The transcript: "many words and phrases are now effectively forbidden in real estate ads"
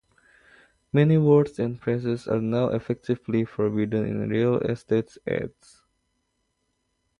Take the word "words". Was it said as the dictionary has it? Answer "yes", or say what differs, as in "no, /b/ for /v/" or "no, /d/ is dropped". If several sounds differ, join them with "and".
no, /s/ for /z/